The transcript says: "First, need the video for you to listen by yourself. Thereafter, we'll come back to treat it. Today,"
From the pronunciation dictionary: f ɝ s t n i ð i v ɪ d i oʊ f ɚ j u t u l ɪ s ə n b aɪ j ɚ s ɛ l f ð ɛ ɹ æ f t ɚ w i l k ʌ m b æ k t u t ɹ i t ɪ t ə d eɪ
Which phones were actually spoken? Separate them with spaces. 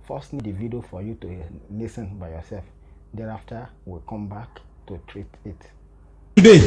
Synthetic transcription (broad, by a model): f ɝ s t n i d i v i d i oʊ f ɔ j u t u n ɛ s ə n b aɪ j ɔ s ɛ l f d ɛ ɹ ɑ f t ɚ w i k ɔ m b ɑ k t u t ɹ i t ɪ t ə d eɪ